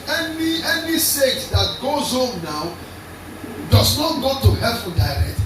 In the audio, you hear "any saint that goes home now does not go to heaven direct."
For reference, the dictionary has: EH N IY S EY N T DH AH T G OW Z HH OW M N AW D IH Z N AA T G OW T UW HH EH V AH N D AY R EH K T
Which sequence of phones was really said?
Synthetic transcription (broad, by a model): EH N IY S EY T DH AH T G OW Z HH OW M N AW D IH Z N AA T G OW T UW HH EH F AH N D AY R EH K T